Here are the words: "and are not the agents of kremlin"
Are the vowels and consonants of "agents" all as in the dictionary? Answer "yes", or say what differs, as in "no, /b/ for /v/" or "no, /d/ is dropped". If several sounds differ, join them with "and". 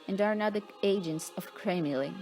yes